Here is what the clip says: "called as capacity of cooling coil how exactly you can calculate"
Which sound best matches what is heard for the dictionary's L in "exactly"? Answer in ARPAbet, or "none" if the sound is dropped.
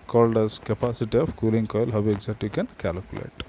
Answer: none